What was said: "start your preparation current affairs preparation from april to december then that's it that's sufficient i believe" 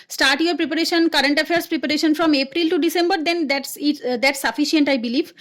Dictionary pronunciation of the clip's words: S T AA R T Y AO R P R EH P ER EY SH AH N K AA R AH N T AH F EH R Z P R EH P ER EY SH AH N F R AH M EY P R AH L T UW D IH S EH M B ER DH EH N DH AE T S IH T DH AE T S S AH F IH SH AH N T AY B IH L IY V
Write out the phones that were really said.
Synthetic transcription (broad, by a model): S T AA R T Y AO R P R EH P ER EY SH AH N K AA R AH N T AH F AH R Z P R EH P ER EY SH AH N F R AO M EY P R AH L T UW D IH S EH M B ER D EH N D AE T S IH T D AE T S S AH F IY SH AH N T AY B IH L IY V